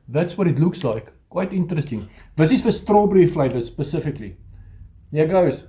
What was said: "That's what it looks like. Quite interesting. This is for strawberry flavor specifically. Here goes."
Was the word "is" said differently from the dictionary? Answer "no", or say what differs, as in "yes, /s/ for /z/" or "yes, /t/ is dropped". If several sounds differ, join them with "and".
yes, /s/ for /z/